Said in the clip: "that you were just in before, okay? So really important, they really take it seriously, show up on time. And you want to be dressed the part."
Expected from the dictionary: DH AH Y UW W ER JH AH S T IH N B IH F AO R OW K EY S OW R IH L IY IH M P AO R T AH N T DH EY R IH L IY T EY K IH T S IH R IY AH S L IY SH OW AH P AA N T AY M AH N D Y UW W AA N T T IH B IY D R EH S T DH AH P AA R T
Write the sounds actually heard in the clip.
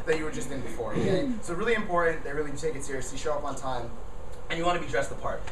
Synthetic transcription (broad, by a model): DH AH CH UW W ER JH AH S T IH N B IH F AO R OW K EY S OW R IH L IY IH M P AO R T N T DH EY R IH L IY T EY K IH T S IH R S IY SH OW AH P N T AY M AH N Y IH W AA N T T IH B IY D R EH S T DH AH P AA R T